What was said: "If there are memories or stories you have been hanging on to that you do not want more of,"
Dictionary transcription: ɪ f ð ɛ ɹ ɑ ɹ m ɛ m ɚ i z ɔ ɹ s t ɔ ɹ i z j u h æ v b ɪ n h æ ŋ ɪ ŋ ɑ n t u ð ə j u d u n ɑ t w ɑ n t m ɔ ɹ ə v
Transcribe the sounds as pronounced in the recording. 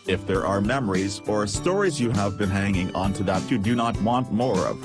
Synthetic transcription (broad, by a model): ɪ f ð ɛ ɹ ɑ ɹ m ɛ m ɚ i z ɔ ɹ s t ɔ ɹ i z j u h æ v b ɪ n h æ ŋ ɪ ŋ ɑ n t u ð ə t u d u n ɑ t w ɑ n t m ɔ ɹ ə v